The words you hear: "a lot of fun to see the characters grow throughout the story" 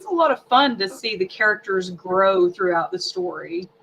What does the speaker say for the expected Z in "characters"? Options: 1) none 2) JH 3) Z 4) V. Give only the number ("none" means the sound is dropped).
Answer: 3